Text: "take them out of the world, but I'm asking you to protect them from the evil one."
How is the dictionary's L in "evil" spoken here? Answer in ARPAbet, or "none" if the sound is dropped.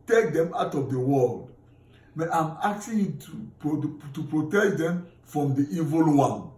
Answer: L